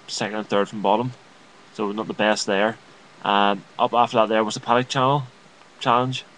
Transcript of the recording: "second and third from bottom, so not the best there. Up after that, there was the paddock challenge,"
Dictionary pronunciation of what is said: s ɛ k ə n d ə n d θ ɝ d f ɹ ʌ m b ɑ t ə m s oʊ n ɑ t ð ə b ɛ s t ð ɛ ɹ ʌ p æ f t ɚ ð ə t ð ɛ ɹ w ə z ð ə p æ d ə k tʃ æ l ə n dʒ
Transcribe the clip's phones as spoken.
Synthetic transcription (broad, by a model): s ɛ k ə n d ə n θ ɝ d f ɹ ʌ m b ɑ t ə m s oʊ n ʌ t ð ə b ɛ s t ð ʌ ɹ ʌ p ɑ f t ɚ ð ə t ð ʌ ɹ w ə z ð ə p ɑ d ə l tʃ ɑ l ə n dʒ